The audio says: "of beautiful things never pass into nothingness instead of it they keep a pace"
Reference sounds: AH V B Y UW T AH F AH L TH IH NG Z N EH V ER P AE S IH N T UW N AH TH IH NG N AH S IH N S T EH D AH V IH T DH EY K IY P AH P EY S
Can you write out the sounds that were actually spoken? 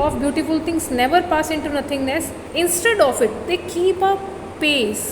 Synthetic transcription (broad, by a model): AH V B Y UW T AH F AH L T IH NG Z N EH V ER P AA S IH N T UW N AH T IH NG N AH S IH N S T EH D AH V IH T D EY K IY P AH P EY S